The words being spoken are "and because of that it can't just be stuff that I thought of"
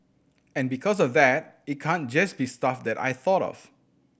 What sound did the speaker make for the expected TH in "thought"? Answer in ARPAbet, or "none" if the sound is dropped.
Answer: TH